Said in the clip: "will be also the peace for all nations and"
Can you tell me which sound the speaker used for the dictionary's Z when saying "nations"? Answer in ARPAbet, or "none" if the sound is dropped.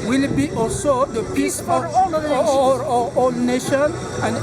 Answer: none